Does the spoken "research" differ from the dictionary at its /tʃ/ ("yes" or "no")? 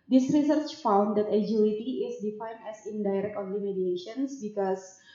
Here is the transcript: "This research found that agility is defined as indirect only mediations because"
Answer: no